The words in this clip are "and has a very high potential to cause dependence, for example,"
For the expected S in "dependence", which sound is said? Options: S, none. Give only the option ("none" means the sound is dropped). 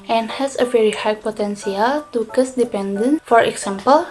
none